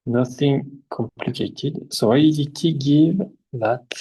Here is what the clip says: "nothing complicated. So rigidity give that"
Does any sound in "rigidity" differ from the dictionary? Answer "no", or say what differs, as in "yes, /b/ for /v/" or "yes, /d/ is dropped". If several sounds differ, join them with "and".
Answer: yes, /dʒ/ is dropped